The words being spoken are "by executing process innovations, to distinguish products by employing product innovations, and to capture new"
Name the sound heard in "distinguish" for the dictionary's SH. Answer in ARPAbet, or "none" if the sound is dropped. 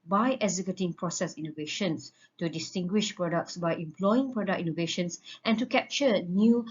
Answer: SH